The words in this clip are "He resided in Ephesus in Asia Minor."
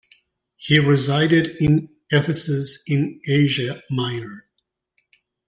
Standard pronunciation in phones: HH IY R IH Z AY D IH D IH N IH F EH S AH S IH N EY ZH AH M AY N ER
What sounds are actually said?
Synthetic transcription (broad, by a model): HH IY R IH Z AY D IH D IH N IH F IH S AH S IH N EY ZH AH M AY N ER